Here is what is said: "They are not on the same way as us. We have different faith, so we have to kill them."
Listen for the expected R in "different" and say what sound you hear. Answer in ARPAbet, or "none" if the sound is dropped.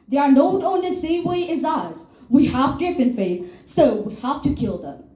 none